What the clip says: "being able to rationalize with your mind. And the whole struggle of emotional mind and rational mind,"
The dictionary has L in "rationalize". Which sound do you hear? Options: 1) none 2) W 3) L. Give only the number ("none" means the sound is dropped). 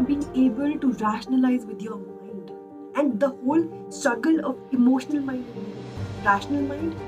3